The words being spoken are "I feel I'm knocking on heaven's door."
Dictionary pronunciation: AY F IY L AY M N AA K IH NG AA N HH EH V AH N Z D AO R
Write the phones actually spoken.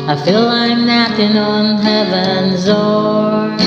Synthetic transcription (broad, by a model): AY F IY L AY M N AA IH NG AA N HH EH V AH N Z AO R